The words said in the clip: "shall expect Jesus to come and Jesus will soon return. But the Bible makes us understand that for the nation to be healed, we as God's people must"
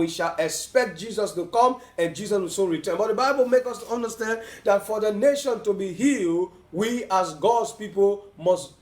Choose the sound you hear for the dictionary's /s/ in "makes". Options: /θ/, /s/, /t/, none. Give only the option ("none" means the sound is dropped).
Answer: none